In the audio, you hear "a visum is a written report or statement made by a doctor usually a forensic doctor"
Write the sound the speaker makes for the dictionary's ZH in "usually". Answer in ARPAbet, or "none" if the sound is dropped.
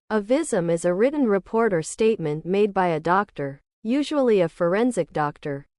ZH